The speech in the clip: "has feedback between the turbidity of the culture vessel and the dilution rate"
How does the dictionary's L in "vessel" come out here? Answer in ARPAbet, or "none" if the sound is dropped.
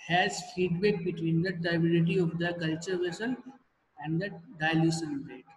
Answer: N